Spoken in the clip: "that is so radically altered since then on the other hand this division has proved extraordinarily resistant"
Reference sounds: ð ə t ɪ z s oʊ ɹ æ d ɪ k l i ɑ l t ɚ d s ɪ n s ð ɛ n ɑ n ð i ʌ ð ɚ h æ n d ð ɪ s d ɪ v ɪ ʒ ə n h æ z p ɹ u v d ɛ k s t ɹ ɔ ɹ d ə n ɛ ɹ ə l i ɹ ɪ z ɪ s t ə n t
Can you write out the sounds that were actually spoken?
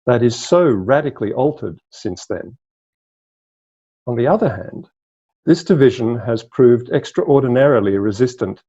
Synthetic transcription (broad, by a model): ð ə t ɪ z s oʊ ɹ æ d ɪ k l i ɑ l t ɚ d s ɪ n s ð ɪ n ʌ n ð i ʌ ð ɚ h æ n d ð ɪ s d ɪ v ɪ ʒ ə n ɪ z p ɹ u v d ɛ k s t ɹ ɔ ɹ d n ɛ ɹ l i ɹ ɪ z ɪ s t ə n t